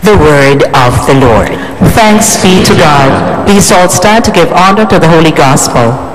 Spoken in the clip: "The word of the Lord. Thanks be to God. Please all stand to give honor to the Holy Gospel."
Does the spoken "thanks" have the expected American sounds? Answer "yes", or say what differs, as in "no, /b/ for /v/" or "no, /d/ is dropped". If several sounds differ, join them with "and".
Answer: yes